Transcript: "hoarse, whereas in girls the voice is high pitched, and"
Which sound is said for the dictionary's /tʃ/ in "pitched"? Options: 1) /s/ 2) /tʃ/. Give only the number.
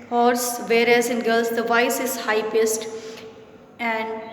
1